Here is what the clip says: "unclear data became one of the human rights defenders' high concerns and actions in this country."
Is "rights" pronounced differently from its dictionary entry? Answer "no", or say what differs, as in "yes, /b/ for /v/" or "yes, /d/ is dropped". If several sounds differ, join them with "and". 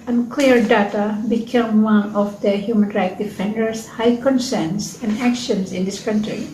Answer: yes, /s/ is dropped